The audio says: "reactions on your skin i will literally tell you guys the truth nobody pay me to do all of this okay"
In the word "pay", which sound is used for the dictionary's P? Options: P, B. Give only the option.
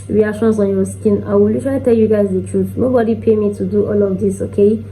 P